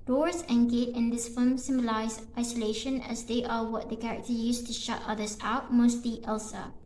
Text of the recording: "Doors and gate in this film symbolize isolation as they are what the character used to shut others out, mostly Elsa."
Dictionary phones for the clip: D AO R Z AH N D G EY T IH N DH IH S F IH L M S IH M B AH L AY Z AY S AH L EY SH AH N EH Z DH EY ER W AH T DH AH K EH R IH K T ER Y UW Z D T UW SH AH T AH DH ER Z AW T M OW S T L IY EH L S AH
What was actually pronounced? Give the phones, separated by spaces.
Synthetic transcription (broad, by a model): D AO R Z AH N G EY T IH N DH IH S F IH M S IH M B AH L AY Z AY S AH L EY SH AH N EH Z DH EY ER W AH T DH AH K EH R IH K T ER Y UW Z T UW SH AH T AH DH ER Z AW T M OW S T L IY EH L S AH